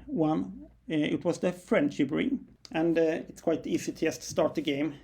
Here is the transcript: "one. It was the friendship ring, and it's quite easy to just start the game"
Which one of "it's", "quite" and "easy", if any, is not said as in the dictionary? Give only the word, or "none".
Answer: easy